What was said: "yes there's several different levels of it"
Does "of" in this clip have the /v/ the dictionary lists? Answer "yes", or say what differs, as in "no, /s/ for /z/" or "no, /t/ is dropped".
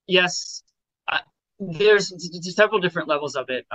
no, /b/ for /v/